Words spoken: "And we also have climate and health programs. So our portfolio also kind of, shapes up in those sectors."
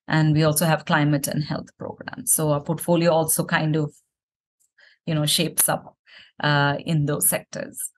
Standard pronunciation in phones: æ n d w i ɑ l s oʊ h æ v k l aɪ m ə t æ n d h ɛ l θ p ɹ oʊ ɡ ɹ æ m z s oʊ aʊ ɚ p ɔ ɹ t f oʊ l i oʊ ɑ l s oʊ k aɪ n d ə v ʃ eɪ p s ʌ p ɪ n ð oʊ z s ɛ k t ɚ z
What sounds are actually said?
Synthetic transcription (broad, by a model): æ n d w i ɑ l s oʊ h æ v k l aɪ m ə t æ n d h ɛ l t p ɹ oʊ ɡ ɹ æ m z s oʊ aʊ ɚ p ɔ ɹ t f oʊ l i oʊ ɑ l s oʊ k aɪ n d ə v ʃ eɪ p s ʌ p ɪ n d oʊ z s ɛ k t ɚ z